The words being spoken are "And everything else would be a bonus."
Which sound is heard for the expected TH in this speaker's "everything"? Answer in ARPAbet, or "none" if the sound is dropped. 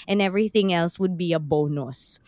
TH